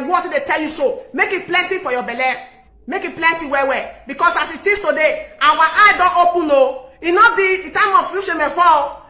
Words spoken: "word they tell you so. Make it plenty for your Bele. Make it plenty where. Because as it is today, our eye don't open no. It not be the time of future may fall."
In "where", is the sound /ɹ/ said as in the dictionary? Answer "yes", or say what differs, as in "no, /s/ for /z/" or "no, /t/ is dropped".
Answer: no, /w/ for /ɹ/